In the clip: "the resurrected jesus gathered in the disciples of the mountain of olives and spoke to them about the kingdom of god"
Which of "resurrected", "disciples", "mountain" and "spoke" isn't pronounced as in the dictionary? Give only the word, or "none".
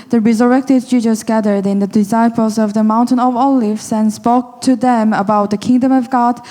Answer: none